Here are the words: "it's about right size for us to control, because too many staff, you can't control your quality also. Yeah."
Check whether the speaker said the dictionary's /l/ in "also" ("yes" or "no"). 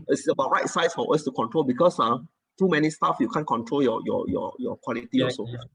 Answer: no